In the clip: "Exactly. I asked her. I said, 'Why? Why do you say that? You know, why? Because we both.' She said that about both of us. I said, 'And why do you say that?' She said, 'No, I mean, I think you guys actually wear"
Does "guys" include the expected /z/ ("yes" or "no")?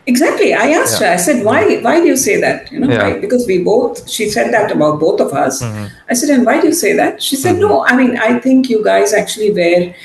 yes